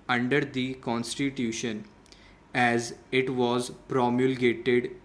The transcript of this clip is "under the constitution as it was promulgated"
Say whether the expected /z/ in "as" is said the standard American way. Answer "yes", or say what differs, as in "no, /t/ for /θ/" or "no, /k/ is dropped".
yes